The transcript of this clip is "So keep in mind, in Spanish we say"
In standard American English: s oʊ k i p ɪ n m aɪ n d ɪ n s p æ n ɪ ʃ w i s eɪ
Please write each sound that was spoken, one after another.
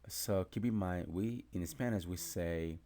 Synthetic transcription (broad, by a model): s oʊ k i b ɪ m aɪ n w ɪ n s p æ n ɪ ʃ w i s eɪ